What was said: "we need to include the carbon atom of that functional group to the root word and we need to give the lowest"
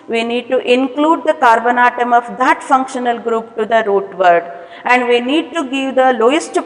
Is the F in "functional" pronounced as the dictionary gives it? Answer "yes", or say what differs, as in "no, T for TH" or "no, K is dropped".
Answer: yes